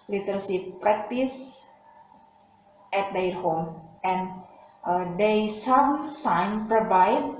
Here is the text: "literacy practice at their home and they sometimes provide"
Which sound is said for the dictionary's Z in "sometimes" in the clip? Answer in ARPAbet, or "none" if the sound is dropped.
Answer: none